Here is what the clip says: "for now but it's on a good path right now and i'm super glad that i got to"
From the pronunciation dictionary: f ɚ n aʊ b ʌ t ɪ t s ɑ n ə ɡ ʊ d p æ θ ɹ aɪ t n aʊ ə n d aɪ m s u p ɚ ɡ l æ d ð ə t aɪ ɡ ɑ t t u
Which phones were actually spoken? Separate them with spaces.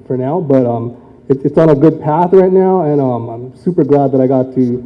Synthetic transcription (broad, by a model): f ɚ n aʊ b ʌ t ɪ t s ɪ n ə ɡ ʊ d p æ θ ɹ aɪ t n aʊ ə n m aɪ m s u p ɚ ɡ l æ d ð ə t aɪ ɡ ɑ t t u